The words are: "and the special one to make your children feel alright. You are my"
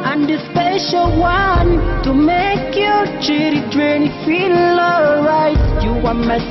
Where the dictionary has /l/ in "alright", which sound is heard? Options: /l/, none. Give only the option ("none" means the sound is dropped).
none